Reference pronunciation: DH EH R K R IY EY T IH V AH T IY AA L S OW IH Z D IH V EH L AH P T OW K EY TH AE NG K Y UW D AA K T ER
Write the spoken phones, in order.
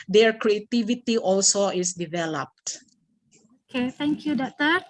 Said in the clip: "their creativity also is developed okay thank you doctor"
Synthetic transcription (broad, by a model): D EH R K R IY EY T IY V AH T IY AA L S OW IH S D IH V EH L AH P T OW K EY T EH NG K Y UW D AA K T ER